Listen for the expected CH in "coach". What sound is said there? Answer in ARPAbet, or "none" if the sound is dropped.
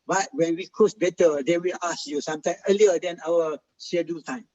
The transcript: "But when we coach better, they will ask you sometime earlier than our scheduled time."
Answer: S